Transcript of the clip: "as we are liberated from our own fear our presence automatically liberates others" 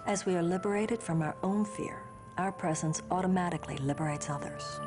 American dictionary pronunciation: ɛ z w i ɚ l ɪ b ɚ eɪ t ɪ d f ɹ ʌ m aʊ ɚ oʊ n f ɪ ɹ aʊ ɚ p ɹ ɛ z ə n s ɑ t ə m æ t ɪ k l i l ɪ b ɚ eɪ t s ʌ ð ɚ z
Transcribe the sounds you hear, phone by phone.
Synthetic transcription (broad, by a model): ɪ z w i ɚ l ɪ b ɚ eɪ t ɪ d f ɹ ʌ m aʊ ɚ oʊ n f ɪ ɹ aʊ ɚ p ɹ ɛ z ə n s ɑ t ə m æ t ɪ k l i l ɪ b ɚ eɪ t s ʌ ð ɚ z